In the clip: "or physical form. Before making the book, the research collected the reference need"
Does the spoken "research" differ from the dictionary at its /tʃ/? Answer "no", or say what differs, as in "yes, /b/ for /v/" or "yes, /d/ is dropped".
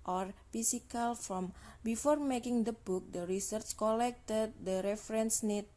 no